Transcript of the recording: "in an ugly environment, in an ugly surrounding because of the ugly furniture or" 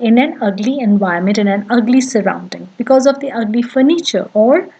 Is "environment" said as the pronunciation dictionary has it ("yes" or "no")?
no